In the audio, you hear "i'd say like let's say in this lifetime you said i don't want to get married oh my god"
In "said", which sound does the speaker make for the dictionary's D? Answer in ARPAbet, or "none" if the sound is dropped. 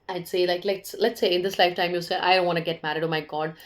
none